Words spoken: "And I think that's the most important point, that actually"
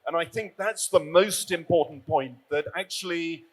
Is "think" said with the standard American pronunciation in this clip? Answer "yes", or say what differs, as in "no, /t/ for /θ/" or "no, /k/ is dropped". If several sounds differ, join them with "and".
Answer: yes